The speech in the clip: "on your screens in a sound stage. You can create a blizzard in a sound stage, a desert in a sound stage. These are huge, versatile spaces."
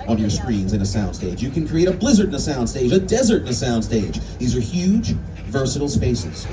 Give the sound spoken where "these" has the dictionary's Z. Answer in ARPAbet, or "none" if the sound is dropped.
Z